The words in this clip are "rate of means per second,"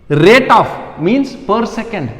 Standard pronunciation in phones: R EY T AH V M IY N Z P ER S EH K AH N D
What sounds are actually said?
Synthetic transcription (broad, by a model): R EY T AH F M IY N S P ER S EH K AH N D